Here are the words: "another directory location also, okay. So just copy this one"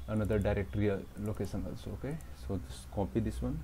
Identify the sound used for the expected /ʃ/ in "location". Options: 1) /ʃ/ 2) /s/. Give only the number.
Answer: 2